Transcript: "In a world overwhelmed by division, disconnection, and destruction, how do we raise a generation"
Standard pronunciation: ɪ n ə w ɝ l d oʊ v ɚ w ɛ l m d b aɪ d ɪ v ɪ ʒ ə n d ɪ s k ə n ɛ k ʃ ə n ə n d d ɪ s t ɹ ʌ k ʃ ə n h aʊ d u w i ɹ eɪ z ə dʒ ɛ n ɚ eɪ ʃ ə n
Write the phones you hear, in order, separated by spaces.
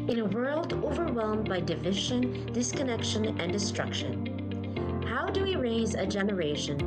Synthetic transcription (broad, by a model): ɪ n ə w ɝ l d oʊ v ɚ w ɛ l m b aɪ d ɪ v ɪ ʒ ə n d ɪ s k ə n ɛ k ʃ ə n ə n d d ɪ s t ɹ ʌ k ʃ ə n h aʊ d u w i ɹ eɪ z ə dʒ ɛ n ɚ eɪ ʃ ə n